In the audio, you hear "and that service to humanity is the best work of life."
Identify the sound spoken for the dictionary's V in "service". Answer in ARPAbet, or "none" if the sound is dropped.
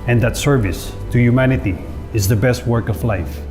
V